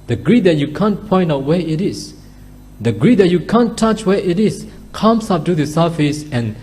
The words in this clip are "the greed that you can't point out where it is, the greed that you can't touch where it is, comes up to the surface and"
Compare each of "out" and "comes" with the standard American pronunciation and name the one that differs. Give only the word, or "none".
comes